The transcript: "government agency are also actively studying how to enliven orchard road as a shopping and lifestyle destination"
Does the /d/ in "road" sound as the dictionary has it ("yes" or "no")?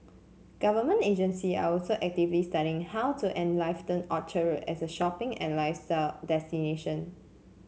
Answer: no